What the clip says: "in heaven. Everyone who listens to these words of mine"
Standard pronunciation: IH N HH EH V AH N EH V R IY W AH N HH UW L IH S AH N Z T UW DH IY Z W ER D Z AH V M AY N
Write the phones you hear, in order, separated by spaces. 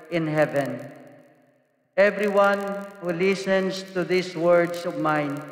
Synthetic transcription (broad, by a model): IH N HH EH V AH N EH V R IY W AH N HH UW L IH S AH N S T UW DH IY S W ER D S AH V M AY N